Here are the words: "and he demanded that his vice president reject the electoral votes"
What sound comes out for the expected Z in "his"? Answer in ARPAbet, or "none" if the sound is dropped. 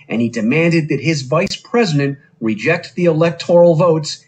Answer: Z